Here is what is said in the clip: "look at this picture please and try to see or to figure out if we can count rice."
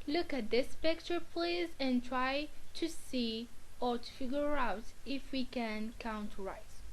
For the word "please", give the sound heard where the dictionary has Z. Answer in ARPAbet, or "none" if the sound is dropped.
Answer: Z